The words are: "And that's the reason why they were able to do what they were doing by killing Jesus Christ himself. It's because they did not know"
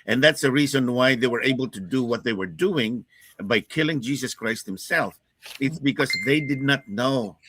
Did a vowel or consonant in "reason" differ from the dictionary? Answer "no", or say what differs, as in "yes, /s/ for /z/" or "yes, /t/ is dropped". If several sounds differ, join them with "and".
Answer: no